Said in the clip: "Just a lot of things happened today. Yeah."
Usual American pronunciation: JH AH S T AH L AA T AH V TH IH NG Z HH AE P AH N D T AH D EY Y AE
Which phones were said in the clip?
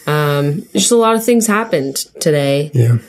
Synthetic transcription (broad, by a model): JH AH S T AH L AA T AH V TH IH NG Z HH AE P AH N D T AH D EY Y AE